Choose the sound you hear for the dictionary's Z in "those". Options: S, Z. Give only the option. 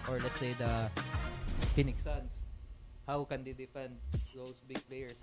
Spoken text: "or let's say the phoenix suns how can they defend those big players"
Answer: S